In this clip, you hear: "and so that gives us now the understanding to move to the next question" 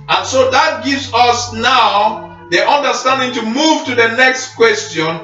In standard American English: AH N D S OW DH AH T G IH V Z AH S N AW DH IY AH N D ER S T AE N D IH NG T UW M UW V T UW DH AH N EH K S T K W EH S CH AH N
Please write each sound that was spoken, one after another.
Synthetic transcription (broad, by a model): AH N S OW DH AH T G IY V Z AH S N AW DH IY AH N D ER S T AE N D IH NG T UW M UW V T UW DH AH N EH K S T K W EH S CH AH N